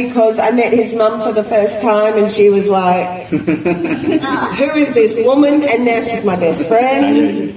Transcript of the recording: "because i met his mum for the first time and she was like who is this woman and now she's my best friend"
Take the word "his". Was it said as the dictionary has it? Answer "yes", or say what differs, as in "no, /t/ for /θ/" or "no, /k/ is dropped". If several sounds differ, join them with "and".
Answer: yes